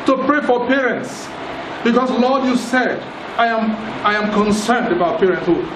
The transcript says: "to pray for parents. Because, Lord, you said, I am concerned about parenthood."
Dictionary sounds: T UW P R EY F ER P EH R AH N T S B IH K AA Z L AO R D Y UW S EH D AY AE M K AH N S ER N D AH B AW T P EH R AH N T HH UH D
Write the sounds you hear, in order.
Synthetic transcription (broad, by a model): T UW P R EY F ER P EH R AH N T S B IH K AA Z L AO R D Y UW S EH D AY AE M K AH N S ER N D AH B AW T P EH R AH N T HH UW